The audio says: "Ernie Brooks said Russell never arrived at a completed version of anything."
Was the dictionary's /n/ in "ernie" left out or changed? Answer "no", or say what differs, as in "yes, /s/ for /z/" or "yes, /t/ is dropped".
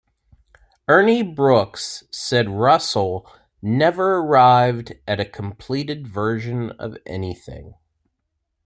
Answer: no